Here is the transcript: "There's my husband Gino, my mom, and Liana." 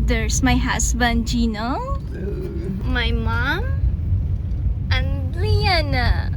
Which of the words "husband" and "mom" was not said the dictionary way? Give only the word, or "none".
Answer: husband